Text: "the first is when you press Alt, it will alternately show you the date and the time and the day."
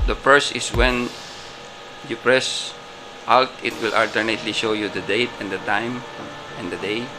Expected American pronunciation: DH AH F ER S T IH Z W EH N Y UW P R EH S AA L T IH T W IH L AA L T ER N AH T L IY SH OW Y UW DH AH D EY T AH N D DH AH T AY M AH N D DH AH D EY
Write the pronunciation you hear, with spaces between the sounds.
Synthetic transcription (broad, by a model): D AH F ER S IH S W EH N Y UW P R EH S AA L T IH T W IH L AA L T ER N AH T L IY SH OW Y UW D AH D EY T AH N D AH T AY M AH N D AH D EY